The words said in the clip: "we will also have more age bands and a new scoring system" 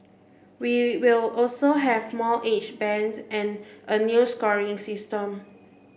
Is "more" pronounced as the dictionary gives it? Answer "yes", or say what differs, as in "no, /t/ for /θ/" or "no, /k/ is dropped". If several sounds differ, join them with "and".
no, /l/ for /ɹ/